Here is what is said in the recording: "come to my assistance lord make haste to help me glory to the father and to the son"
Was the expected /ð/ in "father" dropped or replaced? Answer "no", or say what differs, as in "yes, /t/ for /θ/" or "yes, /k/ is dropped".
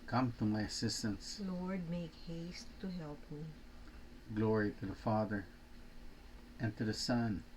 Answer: no